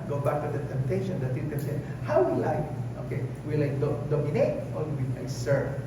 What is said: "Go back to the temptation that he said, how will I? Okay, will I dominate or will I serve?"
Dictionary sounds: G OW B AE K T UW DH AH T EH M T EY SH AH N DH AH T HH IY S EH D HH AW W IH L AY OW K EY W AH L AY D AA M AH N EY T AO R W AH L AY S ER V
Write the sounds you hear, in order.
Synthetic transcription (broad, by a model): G OW B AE K T UW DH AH T EH M T EY SH AH N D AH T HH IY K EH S HH AW W IH L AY OW K EY W AH L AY D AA M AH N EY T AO L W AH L AY S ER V